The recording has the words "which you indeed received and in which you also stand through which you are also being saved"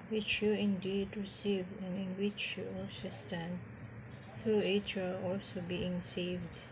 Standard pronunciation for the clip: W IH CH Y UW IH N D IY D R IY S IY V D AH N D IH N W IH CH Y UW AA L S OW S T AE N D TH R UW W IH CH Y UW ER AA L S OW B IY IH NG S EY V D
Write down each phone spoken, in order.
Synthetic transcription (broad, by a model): W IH CH Y UW IH N D IY D R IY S IY V AH N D IH N W IH CH Y UW AA L S OW S T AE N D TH R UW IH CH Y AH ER AA L S OW B IY IH NG S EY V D